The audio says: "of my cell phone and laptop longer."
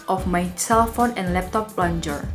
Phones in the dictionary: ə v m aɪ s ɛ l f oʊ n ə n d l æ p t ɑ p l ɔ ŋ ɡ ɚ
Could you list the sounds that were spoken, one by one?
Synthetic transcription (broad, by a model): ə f m aɪ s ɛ l f oʊ n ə n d l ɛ p t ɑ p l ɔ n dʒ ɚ